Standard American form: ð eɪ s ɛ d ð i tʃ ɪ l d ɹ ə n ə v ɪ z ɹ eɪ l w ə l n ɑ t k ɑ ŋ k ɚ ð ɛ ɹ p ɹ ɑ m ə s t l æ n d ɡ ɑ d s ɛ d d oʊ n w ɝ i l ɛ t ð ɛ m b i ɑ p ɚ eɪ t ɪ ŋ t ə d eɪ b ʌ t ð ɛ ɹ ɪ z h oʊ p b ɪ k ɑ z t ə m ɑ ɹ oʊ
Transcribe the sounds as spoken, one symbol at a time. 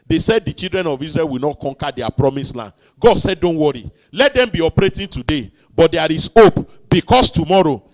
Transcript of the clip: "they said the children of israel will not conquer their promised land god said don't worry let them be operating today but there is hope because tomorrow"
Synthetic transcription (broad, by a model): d eɪ s ɛ d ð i tʃ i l d ɹ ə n ə v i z ɹ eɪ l w ə l n ɑ t k ɑ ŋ k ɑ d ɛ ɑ p ɹ ɑ m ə s l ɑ n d ɡ ɑ d s ɛ d d oʊ n w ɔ i l ɛ t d ɛ m b i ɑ p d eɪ t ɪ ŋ t ə d eɪ b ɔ t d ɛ ɹ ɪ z oʊ p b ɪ k ɑ s t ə m ɑ ɹ oʊ